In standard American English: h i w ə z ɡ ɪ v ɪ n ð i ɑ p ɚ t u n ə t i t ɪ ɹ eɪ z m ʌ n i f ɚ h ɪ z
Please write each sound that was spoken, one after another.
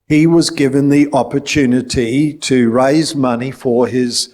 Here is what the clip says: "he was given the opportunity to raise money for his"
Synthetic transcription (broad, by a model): h i w ə z ɡ ɪ v ɪ n ð i ɑ p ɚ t u n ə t i t ɪ ɹ eɪ z m ʌ n i f ɚ ɪ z